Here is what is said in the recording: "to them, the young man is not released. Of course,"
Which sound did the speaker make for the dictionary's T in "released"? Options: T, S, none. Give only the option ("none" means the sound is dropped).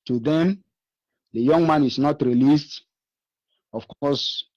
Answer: T